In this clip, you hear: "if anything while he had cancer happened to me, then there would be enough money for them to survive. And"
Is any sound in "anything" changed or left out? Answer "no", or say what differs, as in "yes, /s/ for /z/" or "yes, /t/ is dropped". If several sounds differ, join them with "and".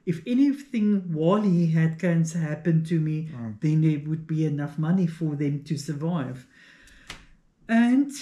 no